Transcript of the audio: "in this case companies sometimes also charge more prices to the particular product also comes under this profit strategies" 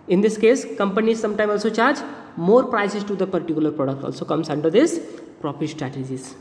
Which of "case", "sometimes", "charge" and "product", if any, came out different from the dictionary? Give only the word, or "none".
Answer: sometimes